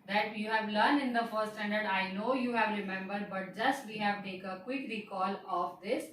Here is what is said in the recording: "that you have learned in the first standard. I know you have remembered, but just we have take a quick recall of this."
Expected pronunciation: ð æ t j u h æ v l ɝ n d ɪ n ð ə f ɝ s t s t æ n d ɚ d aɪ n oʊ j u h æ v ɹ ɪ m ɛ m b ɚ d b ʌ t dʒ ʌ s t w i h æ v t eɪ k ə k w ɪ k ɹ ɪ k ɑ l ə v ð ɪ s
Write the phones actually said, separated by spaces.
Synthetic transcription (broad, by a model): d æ t j u h æ v l ɝ n d ɪ n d ə f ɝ t s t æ n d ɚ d aɪ n oʊ j u h æ v ɹ ɪ m ɛ m b ɚ d b ʌ t dʒ ʌ s t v i h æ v t eɪ k ə k w ɪ k ɹ ɪ k ɑ l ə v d ɪ s